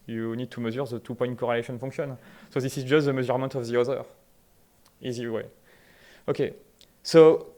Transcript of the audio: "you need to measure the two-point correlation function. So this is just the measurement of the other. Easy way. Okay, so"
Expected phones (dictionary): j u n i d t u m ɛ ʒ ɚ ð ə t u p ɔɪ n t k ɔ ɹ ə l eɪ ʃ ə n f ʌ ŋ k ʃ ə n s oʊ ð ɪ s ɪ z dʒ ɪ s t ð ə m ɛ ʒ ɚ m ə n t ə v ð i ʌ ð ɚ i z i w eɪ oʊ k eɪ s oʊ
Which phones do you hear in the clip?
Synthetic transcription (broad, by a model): j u n i d t u m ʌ z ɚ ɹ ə t u p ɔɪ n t k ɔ ɹ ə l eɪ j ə n f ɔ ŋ k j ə n s oʊ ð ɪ s ɪ z dʒ ɪ s t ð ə m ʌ z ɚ m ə t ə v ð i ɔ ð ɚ i z i w eɪ oʊ k eɪ s oʊ